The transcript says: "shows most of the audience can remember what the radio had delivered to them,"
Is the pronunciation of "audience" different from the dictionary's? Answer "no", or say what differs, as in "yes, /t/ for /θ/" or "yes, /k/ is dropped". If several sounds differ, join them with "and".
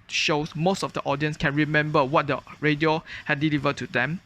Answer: no